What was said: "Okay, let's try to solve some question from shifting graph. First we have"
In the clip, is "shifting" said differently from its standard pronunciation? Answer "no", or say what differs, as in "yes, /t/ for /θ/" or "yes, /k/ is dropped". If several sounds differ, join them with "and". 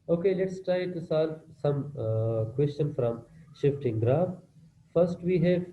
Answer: no